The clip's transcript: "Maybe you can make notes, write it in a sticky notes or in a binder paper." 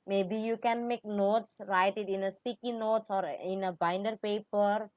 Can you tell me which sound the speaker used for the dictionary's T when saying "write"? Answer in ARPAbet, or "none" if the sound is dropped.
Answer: T